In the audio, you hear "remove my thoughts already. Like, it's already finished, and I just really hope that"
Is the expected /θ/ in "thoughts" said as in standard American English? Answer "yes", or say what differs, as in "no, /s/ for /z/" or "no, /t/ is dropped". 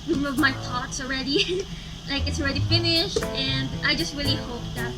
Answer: no, /t/ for /θ/